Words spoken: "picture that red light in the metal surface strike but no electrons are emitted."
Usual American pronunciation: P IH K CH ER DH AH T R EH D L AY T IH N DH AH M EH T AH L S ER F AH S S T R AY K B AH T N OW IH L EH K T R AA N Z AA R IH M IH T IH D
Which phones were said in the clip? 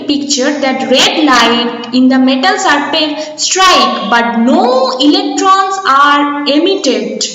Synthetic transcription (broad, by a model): P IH K CH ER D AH T R EH D L AY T IH N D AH M EH T AH L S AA P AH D S T R AY K B AH T N OW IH L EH K T R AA N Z AA R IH M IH T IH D